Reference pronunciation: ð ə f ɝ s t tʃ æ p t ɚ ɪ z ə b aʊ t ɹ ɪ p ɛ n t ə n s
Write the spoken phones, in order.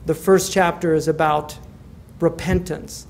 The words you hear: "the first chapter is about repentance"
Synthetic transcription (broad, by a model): ð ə f ɝ s tʃ æ p t ɚ ɪ z ə b aʊ t ɹ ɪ p ɛ n t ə n s